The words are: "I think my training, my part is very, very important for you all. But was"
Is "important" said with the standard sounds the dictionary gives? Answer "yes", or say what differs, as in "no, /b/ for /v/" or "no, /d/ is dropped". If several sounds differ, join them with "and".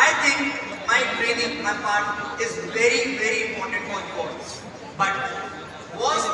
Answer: no, /p/ is dropped